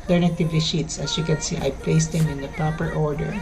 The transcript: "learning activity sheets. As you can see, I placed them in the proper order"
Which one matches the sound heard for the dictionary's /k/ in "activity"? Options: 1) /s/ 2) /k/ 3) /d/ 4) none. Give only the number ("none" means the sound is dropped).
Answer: 4